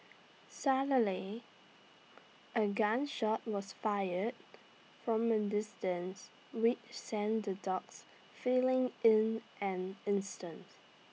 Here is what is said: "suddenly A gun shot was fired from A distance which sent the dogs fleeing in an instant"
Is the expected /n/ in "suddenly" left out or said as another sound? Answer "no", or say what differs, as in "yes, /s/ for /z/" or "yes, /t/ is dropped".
yes, /n/ is dropped